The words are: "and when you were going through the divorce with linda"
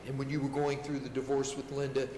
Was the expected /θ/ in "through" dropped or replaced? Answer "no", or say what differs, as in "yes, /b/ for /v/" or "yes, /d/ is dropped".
no